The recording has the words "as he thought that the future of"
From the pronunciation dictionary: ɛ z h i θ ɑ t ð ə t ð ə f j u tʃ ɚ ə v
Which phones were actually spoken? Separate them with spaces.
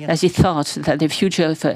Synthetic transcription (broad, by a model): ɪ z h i θ ɑ t ð ə t ð ə f j u tʃ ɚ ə